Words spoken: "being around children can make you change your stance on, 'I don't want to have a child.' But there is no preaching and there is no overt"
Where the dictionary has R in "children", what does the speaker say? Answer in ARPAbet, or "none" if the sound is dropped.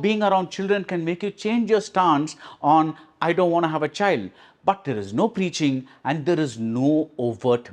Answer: R